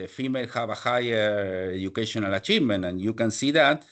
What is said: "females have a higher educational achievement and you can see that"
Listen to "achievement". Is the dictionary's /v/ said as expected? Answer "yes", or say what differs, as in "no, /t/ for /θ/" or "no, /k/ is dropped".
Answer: no, /v/ is dropped